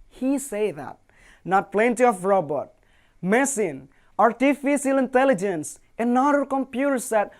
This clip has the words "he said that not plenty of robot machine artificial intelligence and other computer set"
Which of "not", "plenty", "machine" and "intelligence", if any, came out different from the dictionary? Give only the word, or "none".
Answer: machine